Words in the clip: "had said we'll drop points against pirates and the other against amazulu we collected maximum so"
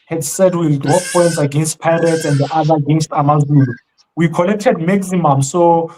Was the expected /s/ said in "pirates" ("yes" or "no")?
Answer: no